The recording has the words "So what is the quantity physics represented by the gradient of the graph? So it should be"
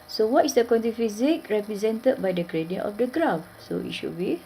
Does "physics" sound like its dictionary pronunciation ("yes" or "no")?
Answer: no